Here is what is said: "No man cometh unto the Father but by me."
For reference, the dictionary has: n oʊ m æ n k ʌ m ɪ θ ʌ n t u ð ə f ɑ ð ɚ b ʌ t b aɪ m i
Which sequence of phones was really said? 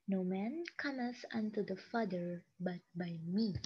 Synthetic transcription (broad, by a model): n oʊ m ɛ n k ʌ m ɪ s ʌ n t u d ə f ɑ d ɚ b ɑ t b aɪ m i